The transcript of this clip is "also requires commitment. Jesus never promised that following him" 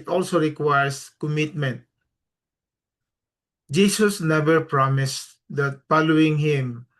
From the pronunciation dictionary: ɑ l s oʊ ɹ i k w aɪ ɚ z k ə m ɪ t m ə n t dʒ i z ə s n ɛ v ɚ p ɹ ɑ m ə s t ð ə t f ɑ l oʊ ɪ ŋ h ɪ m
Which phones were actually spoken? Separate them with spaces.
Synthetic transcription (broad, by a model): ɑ l s oʊ ɹ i k w aɪ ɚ s k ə m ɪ t m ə n t dʒ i s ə s n ɛ v ɚ p ɹ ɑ m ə s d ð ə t f ɑ l oʊ ɪ ŋ h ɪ m